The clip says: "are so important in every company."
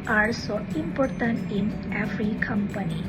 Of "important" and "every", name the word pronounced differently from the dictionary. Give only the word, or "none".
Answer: every